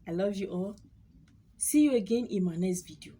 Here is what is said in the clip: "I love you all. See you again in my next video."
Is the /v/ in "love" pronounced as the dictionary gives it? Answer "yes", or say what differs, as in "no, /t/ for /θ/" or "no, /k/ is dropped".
yes